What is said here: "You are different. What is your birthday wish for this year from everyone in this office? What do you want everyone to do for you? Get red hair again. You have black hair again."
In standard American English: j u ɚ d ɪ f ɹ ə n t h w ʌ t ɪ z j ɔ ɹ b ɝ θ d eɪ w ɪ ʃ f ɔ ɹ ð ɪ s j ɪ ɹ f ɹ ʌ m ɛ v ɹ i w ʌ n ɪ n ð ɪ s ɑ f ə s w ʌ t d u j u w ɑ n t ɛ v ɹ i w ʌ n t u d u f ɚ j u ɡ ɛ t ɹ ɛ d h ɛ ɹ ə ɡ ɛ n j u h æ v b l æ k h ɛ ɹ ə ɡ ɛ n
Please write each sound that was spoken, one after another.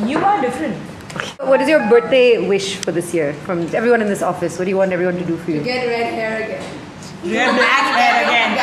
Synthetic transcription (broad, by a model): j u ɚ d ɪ f ɹ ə n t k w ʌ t ɪ z j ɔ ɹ b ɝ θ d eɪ w ɪ ʃ f ɔ ɹ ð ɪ s j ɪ ɹ f ɹ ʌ m ɛ v ɹ i w ʌ n ɪ n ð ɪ s ɑ f ə s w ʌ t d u j u w ɑ n t ɛ v ɹ i w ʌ n t u d u f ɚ j u ɡ ɛ t ɹ ɛ d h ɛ ɹ ə ɡ ɛ n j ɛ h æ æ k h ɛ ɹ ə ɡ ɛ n